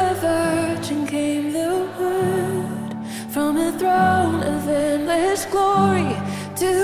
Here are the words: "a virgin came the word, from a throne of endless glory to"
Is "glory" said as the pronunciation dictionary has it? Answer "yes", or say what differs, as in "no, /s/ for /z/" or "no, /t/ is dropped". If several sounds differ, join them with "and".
yes